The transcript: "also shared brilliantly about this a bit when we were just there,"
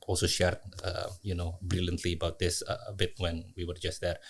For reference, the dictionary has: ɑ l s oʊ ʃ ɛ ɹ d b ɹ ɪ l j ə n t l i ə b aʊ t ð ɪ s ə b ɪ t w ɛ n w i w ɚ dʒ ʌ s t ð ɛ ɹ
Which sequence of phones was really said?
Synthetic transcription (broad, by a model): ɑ l s oʊ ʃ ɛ ɹ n b ɹ ɪ l j ə n t l i ə b aʊ t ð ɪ s ə b ɪ t w ɛ n w i w ɚ dʒ ʌ s t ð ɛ ɹ